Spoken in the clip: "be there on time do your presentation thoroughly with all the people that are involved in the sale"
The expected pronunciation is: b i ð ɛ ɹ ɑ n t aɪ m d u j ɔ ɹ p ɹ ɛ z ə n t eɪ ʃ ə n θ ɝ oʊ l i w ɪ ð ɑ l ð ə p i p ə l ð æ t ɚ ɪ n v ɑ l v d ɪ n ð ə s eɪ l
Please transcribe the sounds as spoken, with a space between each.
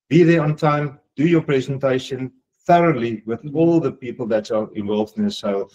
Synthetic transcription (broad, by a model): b i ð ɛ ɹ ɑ n t aɪ m d u j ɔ p ɹ ɛ z ə n t eɪ ʃ ə n θ ɝ oʊ l i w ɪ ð ɑ l ð ə p i p ə l ð æ t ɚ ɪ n v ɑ l v d ɪ n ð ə s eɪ l